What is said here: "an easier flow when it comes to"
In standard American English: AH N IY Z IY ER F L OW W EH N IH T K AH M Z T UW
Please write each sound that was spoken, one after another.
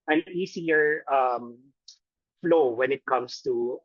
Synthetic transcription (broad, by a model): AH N IY S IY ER F L OW W EH N IH T K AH M S T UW